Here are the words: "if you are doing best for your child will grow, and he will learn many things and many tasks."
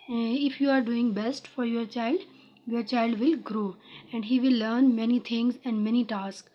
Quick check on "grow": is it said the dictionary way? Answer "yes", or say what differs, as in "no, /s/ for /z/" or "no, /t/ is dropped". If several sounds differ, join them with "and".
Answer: yes